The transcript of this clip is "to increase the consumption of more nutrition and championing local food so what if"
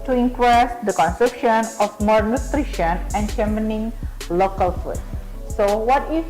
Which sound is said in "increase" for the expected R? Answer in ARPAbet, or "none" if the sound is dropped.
W